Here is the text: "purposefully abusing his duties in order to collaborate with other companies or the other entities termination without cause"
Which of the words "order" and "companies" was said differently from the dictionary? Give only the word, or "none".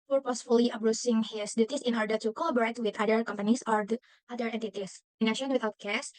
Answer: companies